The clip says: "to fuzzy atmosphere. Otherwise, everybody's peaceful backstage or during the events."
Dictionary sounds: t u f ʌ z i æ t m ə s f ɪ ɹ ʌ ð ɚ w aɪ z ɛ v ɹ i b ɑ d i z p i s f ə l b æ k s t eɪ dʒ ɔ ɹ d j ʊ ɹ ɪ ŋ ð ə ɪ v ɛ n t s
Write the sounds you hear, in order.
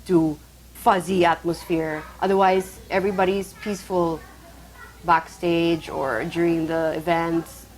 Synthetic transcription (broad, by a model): t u f ʌ z i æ t m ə s f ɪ ɹ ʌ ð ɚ w aɪ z ɛ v ɹ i b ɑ d i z p i s f ə l b æ k s t eɪ dʒ ɔ ɹ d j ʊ ɹ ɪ ŋ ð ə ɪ v ɛ n t s